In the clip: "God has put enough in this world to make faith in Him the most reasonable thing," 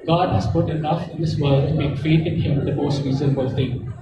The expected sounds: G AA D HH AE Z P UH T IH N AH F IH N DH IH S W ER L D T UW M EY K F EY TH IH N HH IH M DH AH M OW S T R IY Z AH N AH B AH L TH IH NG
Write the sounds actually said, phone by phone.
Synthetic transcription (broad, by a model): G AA D HH AE Z P UH T IH N AH F IH N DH IH S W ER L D T UW M EY K F EY T IH N HH IH M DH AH M OW S T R IY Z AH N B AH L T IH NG